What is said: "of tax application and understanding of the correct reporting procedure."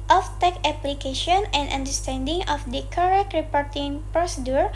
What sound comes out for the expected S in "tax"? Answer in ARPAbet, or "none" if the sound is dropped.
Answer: none